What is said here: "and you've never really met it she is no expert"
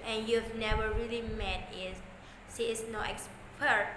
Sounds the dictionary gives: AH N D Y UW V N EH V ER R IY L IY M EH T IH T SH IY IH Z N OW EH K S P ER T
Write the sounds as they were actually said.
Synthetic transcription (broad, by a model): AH N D Y UW V N EH V ER R IY L IY M EH T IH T S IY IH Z N OW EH K S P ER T